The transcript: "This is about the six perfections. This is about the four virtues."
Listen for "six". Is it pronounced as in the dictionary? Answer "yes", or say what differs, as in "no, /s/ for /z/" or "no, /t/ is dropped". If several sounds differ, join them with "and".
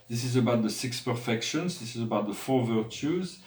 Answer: yes